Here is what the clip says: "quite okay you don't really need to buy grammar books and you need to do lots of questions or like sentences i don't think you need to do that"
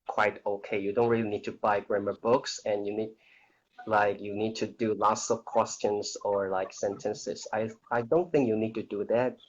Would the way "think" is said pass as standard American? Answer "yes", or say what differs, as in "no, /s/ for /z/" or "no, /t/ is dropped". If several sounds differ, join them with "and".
yes